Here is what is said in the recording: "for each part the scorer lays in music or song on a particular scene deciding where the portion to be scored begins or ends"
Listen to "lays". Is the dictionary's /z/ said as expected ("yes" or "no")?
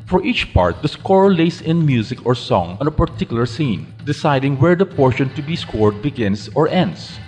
no